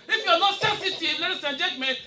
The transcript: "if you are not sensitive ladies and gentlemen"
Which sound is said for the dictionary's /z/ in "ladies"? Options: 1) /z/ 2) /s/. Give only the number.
2